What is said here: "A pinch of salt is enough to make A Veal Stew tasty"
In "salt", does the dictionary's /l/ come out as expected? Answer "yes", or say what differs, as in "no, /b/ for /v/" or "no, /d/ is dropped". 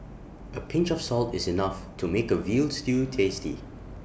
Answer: yes